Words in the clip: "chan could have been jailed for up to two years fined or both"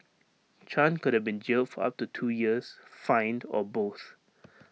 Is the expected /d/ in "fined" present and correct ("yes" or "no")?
yes